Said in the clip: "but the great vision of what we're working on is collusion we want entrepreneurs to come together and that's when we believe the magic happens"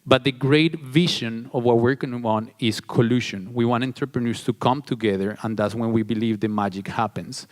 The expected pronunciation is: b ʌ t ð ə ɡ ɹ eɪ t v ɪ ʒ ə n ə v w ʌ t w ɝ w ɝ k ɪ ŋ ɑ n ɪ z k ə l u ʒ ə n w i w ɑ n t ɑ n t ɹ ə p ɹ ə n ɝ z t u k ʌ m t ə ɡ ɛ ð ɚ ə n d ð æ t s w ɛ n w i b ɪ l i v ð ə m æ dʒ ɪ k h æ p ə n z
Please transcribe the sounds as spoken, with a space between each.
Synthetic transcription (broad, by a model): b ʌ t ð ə ɡ ɹ eɪ t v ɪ ʃ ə n ə v w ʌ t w w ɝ k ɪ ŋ ɑ n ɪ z k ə l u ʃ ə n w i w ɑ n t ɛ n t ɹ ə p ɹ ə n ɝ s t u k ʌ m t ə ɡ ɛ ð ɚ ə n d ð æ t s w ɛ n w i b ɪ l i v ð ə m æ dʒ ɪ k h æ p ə n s